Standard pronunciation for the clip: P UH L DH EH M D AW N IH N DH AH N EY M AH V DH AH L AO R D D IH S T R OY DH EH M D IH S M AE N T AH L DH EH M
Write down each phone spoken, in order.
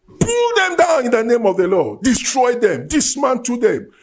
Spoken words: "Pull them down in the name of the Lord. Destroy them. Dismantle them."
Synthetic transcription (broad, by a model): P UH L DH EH M D AW N IH N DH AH N EY M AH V DH AH L AO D D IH S T R OY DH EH M D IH S M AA N T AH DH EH M